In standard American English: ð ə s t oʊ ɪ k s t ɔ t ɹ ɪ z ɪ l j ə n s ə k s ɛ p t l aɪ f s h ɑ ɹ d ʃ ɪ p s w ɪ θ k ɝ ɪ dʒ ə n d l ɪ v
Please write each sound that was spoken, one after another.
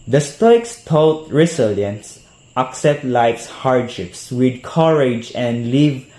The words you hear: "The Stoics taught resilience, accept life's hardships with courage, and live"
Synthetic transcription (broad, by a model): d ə s t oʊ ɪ k s t ɔ t ɹ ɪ s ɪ l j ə n s ə k s ɛ p t l aɪ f s h ɑ ɹ d ʃ ɪ p s w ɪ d k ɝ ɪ dʒ ə n d l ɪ v